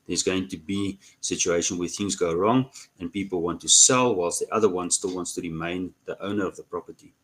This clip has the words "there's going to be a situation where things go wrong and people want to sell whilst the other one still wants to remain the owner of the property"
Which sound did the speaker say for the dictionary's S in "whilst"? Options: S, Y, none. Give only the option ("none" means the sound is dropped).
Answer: S